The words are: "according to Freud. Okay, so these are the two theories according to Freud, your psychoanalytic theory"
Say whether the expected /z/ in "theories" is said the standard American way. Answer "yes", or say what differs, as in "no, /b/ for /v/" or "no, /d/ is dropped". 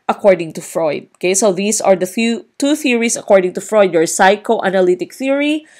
no, /s/ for /z/